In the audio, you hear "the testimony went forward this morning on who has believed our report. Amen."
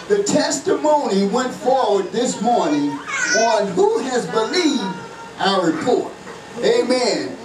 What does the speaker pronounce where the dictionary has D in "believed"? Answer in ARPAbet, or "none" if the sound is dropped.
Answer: D